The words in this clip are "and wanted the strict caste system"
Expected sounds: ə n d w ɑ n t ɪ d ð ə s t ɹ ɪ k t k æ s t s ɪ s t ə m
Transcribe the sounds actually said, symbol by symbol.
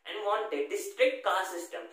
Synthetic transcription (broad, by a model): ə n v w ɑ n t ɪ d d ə s t ɹ ɪ k t k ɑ t s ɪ s t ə m